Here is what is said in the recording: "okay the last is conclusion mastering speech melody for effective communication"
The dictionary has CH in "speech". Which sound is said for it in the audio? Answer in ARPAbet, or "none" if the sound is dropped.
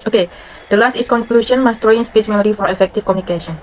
S